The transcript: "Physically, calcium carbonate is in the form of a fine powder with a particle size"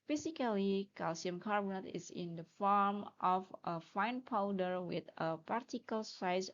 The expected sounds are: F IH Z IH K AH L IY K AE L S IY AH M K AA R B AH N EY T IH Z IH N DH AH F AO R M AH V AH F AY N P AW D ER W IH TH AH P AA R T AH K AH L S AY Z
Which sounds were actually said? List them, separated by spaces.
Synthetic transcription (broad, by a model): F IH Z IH K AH L IY K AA L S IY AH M K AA R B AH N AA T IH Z IH N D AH F AO R M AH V AH F AY N P AW D ER W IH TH AH P AA R T AH K AH L S AY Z